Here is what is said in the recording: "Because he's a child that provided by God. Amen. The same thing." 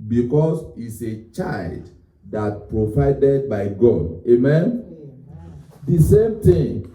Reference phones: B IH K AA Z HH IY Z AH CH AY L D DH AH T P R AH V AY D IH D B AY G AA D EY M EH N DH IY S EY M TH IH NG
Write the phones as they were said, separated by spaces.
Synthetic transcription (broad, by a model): B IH K AA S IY S AH CH AY L D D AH T P R AH V AY D IH D B AY G AA D EY M EH N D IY S EY M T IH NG